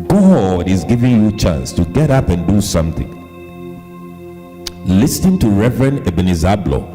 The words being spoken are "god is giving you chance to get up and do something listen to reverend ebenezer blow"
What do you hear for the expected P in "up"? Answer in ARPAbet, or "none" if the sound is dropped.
P